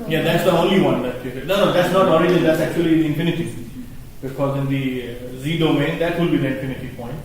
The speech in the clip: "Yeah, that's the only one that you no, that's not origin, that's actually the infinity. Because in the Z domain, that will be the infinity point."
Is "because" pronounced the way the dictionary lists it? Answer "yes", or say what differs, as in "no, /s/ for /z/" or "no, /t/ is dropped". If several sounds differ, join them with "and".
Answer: yes